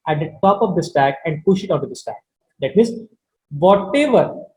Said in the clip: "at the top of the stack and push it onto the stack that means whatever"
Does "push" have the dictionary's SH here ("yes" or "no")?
yes